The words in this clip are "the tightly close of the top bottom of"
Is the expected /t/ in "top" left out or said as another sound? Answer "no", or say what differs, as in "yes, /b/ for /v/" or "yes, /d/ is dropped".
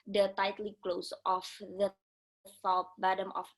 yes, /s/ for /t/